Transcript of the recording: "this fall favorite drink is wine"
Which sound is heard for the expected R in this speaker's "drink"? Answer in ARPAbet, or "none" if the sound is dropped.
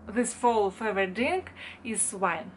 none